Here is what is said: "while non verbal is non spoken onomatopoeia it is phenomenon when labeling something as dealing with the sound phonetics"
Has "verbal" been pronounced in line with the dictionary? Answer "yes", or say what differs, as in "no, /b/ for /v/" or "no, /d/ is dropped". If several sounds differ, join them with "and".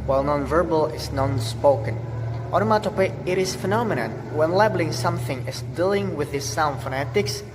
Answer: yes